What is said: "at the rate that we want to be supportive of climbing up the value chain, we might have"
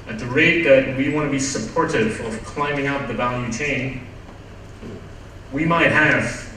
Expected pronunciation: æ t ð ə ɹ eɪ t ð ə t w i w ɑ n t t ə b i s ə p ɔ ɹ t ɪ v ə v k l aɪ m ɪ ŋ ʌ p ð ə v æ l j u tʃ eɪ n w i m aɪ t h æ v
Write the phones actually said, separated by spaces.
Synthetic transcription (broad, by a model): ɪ t ð ə ɹ eɪ t ð ə t w i w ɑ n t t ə b i s ə p ɔ ɹ t ɪ v ə v k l aɪ m ɪ ŋ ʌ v ð ə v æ l j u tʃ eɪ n w i m aɪ t h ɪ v